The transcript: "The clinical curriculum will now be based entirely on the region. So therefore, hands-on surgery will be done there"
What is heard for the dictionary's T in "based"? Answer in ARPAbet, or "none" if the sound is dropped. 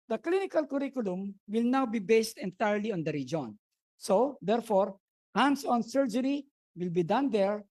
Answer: T